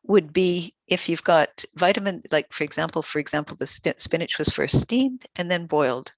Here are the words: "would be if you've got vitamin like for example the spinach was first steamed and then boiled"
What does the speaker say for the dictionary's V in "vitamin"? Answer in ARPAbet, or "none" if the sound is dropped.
V